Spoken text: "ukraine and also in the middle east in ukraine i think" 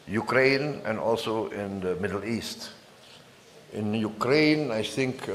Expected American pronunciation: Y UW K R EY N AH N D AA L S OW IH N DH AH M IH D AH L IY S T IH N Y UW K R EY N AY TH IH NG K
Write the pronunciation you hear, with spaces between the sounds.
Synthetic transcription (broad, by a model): Y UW K R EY N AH N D AA L S OW IH N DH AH M IH D AH L IY S T IH N Y UW K R EY N AY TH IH NG K